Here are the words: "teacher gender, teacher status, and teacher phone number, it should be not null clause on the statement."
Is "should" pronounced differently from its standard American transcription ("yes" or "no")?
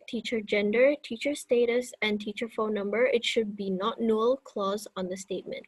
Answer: no